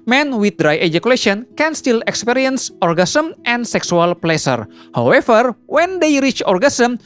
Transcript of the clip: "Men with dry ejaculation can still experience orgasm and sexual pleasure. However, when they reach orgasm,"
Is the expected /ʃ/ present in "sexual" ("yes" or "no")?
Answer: no